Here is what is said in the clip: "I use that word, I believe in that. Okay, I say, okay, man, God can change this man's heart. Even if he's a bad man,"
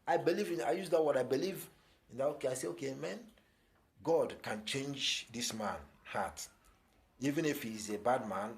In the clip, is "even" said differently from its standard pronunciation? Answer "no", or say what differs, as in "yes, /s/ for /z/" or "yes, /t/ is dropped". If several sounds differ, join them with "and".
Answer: no